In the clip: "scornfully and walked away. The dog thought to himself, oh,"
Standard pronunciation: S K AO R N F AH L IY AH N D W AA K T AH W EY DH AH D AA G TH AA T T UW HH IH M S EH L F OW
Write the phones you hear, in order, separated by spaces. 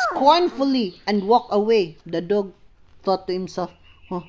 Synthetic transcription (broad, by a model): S K AO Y N F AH L IY AH N D W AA K AH W EY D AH D AA G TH AA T T UW HH IH M S EH L F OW